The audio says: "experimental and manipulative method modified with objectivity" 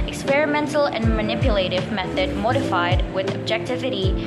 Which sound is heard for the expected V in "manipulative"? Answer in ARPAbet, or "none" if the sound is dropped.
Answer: V